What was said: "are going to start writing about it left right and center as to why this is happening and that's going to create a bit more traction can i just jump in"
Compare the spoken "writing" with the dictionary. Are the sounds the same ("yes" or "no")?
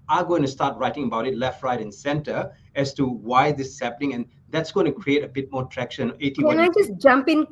yes